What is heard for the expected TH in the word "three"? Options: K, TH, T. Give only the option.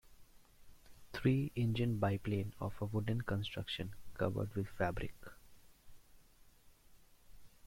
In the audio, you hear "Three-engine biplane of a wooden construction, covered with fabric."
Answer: T